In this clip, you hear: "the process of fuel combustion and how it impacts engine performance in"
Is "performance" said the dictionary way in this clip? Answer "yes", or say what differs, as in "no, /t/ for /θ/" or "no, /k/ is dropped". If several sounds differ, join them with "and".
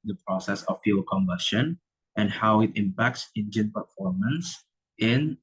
yes